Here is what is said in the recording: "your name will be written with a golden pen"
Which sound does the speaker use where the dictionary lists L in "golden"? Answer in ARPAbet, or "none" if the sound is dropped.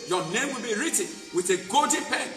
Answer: none